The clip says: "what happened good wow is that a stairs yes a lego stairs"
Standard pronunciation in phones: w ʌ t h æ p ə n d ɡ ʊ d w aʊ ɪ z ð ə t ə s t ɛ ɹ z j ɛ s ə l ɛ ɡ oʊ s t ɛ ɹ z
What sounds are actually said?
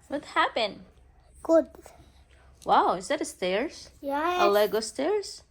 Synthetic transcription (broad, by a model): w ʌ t h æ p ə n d ɡ ʊ d w aʊ ɪ z ð ə t ə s t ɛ ɹ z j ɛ ə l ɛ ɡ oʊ s t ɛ ɹ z